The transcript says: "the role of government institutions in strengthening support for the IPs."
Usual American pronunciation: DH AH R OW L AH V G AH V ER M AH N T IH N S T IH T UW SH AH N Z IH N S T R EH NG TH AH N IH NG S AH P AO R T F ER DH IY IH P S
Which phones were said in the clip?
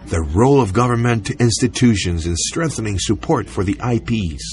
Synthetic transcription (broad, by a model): DH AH R OW L AH V G AH V ER M AH N T IH N S T IH T UW SH AH N Z IH N S T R EH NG TH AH N IH NG S AH P AO R T F ER DH IY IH P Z